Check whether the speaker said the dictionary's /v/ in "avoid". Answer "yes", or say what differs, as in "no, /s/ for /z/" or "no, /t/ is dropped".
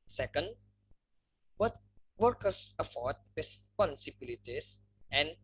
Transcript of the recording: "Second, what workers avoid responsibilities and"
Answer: no, /f/ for /v/